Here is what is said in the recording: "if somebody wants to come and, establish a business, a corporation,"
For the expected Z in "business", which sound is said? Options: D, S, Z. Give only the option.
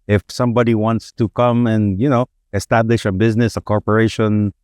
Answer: Z